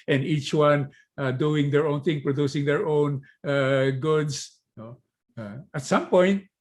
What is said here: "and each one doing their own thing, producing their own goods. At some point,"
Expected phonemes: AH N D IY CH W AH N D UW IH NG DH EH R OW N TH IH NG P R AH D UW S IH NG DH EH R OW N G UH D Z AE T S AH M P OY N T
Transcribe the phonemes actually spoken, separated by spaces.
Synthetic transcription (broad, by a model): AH N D IY CH W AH N D UW IH NG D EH R OW N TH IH NG P R AH D UW S IH NG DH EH R OW N G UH D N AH T S AH M P OY N T